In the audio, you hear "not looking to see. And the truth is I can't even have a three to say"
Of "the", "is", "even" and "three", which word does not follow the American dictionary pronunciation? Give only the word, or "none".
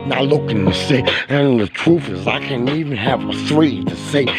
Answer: none